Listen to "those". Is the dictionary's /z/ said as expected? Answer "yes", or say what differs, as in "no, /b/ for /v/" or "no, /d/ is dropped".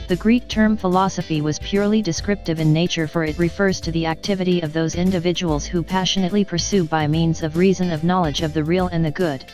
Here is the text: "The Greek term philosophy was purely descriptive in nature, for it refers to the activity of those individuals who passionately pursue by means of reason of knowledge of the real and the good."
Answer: yes